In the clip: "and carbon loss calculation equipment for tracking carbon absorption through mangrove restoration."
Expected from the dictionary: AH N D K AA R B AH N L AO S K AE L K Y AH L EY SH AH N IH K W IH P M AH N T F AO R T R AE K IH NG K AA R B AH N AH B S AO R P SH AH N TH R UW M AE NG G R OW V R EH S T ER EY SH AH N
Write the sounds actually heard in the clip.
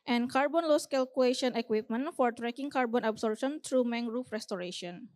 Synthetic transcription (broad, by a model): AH N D K AA R B AH N L AO S K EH L K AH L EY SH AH N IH K W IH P M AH N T F AO R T R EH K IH NG K AA R B AH N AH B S AO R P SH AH N T R UW M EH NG R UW F R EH S T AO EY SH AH N